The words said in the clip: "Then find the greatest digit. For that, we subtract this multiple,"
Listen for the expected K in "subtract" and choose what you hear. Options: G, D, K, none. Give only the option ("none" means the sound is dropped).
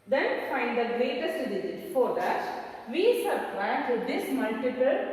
none